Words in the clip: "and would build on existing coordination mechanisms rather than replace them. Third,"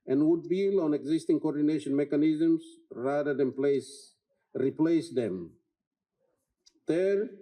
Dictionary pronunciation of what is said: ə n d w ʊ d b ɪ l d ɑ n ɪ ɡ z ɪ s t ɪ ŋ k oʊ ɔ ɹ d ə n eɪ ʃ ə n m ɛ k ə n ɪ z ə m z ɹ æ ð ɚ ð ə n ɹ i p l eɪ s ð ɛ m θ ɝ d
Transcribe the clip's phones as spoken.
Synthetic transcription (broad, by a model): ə n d w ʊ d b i l ɑ n ɪ ɡ z ɪ s t ɪ ŋ k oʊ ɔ ɹ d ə n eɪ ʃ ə n m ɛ k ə n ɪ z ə m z ɹ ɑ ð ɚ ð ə n ɹ i p l eɪ s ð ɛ m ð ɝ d